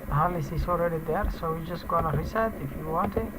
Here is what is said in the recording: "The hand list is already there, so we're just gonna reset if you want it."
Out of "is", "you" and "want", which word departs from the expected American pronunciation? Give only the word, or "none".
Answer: is